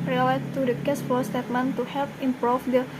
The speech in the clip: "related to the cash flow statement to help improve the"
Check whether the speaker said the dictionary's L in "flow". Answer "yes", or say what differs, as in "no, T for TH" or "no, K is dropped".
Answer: no, L is dropped